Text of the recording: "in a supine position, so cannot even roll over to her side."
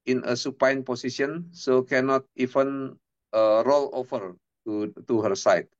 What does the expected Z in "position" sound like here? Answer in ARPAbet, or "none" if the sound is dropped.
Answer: S